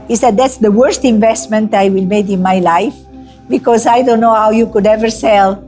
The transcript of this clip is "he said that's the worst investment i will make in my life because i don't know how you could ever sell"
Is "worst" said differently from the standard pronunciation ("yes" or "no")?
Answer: no